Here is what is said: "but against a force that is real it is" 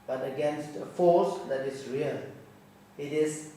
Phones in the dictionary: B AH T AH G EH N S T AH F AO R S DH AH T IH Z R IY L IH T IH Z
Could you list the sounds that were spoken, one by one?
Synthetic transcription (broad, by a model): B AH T AH G EH N S T AH F AO S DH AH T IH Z R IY L IH T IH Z